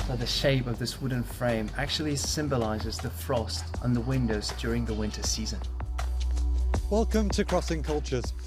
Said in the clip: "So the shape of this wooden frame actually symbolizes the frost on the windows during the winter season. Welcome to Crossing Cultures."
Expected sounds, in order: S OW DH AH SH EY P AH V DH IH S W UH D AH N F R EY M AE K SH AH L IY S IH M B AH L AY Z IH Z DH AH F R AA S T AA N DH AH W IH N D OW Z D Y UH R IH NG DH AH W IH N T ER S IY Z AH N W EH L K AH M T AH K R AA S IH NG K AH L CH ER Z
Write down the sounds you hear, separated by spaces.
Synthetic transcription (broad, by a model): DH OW DH AH SH EY P AH V DH IH S W UH D N F R EY M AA K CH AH L IY S IH M B AH L AY Z IH Z DH AH F R AA S T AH N DH AH W IH N D OW Z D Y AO R IH NG DH AH W IH N T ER S IY Z AH N W EH L K AH M T AH K R AA S IH NG K AH L CH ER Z